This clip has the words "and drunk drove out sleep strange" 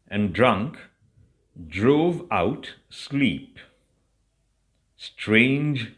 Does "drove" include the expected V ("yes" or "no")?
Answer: yes